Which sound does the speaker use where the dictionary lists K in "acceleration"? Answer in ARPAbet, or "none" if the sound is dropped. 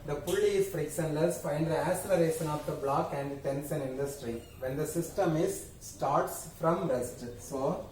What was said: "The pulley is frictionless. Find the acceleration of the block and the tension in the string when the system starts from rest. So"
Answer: none